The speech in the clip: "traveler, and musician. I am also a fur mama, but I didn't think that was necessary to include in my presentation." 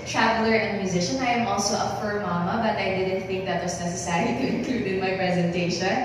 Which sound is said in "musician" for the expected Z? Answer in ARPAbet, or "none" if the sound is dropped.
Z